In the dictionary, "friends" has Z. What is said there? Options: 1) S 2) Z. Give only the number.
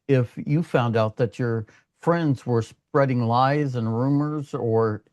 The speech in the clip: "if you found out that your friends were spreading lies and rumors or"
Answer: 2